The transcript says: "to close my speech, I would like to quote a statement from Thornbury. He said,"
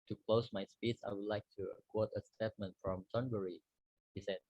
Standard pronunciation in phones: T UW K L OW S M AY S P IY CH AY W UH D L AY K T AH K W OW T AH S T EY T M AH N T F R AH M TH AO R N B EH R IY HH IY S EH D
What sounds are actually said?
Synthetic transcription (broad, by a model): T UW K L OW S M AY S P IY S AY W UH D L AY K T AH K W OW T AH S T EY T M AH N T F R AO M T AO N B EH R IY HH IY S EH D